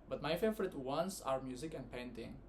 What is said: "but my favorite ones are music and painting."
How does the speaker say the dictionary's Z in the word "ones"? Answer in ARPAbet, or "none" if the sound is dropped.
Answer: S